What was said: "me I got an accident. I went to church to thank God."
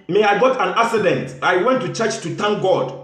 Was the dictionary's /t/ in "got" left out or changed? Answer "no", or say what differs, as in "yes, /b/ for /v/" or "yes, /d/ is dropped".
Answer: no